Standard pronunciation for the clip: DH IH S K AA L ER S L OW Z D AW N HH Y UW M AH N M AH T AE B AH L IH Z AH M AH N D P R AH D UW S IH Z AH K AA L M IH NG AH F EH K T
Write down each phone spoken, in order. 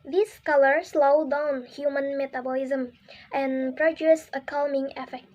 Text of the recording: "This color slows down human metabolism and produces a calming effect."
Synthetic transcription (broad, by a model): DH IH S K AA L ER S L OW D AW N HH Y UW M AH N M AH T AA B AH L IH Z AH M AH N P R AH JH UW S AH K AA L M IH NG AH F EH K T